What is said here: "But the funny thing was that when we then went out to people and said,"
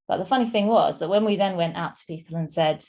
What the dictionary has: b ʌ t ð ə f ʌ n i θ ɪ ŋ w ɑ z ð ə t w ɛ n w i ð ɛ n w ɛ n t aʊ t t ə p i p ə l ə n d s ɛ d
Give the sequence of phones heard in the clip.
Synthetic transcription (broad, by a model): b ʌ t ð ə f ʌ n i θ ɪ ŋ w ɑ z ð ə t w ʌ n w i ð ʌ n w ɛ n t aʊ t t ə p i p ə l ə n s ɛ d